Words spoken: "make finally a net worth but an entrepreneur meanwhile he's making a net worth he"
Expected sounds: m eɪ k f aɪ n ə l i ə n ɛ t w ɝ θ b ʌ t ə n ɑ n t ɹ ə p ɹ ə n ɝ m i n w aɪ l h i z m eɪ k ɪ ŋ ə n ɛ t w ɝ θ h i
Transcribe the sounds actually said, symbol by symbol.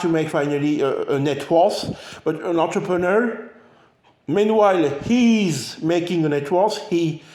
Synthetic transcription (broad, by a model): m eɪ k f aɪ n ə l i ə n ɛ t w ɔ s b ʌ t ə n ɑ n t ɹ ə p ɹ ə n ɝ m i n w aɪ l h i z m eɪ k ɪ ŋ ə n ɛ t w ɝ s h i